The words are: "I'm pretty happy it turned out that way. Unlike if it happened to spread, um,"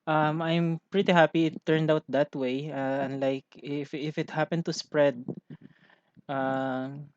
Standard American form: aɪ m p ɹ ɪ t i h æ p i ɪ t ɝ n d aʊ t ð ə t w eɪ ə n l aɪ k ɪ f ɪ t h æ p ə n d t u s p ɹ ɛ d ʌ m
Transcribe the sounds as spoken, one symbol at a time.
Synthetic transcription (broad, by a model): aɪ m p ɹ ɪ t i h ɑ p i ɪ t ɝ n d aʊ t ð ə t w eɪ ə n l aɪ k ɪ f ɪ t h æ p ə n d t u s p ɹ ɛ d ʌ m